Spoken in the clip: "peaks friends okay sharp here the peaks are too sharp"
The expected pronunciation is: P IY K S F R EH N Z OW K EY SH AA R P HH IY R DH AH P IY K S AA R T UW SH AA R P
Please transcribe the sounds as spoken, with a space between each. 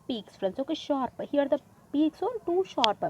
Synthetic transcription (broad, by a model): P IY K S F R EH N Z OW K EY SH AA R P HH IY R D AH P IY K S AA L T UW SH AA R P